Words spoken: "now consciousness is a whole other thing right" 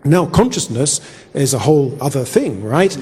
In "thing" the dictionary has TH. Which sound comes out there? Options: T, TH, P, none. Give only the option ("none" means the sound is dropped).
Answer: TH